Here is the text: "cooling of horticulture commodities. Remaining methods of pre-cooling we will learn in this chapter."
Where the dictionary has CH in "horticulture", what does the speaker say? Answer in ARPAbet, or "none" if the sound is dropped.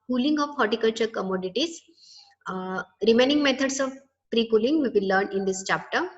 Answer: CH